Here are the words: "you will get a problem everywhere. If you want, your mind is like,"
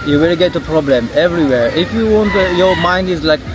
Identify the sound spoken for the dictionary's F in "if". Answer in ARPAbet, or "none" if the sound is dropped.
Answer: F